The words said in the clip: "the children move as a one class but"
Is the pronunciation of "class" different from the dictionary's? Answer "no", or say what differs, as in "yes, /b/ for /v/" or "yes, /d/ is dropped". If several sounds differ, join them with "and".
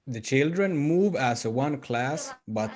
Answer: no